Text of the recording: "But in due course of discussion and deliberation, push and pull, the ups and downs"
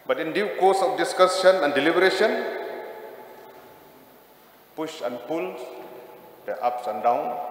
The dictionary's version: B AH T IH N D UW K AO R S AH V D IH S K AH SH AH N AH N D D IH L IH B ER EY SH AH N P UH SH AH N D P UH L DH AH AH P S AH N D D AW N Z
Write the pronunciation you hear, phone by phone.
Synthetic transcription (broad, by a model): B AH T IH N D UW K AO S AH F D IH S K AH S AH N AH N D D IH L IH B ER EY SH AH N P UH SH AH N P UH L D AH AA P S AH N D D AW N